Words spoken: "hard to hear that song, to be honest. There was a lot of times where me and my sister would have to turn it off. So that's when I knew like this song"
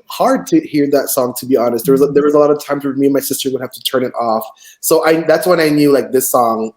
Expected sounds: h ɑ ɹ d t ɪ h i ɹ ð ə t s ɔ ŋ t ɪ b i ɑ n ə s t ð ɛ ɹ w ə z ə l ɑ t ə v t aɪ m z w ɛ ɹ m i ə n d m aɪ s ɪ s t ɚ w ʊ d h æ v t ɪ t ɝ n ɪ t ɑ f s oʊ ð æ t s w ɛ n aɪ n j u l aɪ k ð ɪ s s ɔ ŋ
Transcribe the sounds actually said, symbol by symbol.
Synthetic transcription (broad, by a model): h ɑ ɹ d t ɪ h i ɹ ð ə t s ɔ ŋ t ɪ b i ɑ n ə s t ð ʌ ɹ w ə z ə l ɑ t ə v t aɪ m z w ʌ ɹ m i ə n m aɪ s ɪ s t ɚ w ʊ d h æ f t ɪ t ɝ n ɪ t ɑ f s oʊ ð æ t s w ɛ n aɪ n j u l aɪ k ð ɪ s s ɔ ŋ